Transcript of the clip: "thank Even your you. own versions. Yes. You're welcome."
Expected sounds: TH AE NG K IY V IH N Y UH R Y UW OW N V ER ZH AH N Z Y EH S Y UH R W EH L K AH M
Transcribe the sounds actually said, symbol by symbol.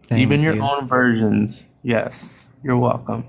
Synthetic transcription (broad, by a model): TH IY V IH N Y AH R OW N V ER ZH AH N Z Y EH S Y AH R W EH L K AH M